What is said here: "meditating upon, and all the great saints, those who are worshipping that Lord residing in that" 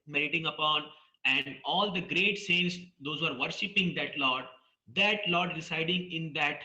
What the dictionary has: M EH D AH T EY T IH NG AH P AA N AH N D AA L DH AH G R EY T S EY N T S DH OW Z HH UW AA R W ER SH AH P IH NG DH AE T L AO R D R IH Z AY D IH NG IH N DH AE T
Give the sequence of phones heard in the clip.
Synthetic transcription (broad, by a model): M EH D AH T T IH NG AH P AA N AH N D AA L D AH G R EY T S EY N T S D OW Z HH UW AA R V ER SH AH P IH NG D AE T L AO R D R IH S AY D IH NG IH N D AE T